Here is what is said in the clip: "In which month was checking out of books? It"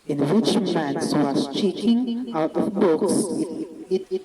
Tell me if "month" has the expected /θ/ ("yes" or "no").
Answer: no